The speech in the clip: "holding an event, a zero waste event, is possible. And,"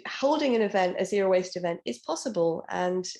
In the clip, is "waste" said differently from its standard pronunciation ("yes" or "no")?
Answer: no